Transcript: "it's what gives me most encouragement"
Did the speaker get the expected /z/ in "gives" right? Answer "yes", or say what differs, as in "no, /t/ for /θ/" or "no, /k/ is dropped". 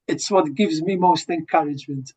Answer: yes